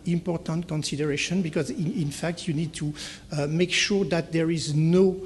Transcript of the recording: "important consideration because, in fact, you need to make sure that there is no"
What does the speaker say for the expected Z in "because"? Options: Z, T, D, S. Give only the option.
Z